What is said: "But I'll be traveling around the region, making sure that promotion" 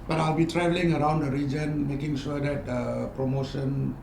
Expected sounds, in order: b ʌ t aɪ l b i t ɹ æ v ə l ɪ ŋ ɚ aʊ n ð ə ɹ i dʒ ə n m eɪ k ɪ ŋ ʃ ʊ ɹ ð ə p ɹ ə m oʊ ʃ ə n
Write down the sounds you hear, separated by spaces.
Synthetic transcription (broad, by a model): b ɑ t aɪ l b i t ɹ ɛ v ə l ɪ ŋ ɚ aʊ n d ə ɹ i dʒ ə n m eɪ k ɪ ŋ ʃ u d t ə p ɹ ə m oʊ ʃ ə n